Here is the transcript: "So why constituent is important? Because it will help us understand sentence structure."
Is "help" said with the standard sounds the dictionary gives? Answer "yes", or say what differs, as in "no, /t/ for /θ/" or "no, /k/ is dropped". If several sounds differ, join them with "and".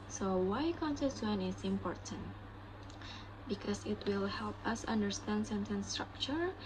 yes